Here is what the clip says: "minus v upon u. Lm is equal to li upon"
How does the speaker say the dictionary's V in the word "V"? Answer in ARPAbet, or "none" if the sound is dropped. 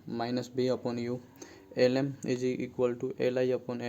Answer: B